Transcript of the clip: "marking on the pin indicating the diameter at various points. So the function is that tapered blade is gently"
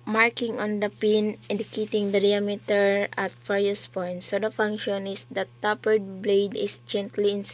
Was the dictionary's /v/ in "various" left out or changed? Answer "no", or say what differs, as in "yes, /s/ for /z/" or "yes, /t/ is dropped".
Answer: yes, /f/ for /v/